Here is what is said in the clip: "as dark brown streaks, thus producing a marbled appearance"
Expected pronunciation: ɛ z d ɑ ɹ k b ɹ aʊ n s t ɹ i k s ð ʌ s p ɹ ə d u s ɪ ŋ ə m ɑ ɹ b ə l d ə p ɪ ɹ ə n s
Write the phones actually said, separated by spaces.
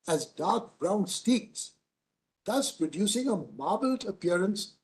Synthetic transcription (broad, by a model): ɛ z d ɑ ɹ k b ɹ aʊ n s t i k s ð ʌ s p ɹ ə d u s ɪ ŋ ə m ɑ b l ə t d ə p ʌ ɹ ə n s